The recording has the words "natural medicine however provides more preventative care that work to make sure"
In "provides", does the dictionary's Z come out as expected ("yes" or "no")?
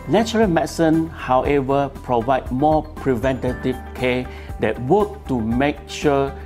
no